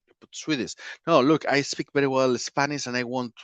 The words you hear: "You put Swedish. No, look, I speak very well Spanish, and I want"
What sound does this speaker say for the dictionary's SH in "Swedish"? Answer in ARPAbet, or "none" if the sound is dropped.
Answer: S